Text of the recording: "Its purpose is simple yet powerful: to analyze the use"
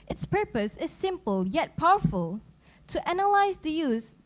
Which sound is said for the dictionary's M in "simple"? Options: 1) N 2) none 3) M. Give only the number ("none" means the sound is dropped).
3